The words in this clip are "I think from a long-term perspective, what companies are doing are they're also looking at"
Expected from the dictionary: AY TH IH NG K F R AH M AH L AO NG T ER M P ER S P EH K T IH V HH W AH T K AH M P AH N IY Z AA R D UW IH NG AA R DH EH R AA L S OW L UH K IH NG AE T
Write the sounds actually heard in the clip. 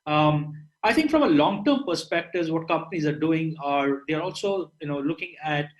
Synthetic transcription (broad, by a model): AY T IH NG K F R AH M AH L AO NG T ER M P ER S P EH K T IH V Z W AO T K AH M P AH N IY Z AA R D UW IH NG AA R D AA R AA L S OW L UH K IH NG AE T